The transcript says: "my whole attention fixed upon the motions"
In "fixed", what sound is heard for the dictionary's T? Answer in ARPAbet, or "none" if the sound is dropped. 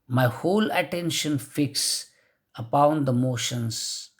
none